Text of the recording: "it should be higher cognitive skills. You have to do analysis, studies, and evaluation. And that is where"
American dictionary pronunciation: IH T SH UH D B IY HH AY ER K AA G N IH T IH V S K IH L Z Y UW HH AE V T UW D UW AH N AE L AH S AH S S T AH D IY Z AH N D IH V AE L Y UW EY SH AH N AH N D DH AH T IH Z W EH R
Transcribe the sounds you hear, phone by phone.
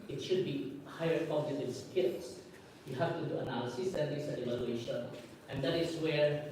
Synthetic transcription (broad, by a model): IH T SH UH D B IY HH AY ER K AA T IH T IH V S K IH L S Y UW HH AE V T UW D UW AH N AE L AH S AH S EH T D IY S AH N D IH V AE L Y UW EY SH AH N AH N D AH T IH S W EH R